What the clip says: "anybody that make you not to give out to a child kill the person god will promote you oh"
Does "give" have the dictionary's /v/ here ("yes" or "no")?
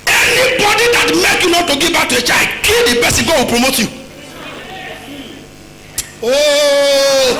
no